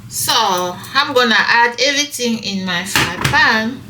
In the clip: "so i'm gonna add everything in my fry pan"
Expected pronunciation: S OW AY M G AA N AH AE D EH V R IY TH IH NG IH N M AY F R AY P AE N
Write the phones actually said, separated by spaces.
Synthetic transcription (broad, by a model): S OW AY M G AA N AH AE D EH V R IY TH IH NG IH N M AY F AY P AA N